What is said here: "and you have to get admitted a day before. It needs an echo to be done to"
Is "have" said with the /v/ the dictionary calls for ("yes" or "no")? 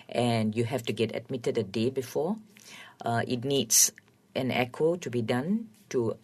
no